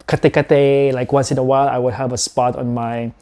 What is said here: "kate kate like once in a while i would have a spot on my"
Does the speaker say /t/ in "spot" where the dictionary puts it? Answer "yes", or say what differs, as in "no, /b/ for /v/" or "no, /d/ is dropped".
yes